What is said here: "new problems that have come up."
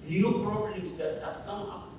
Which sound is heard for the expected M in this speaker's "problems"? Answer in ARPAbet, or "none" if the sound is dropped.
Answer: none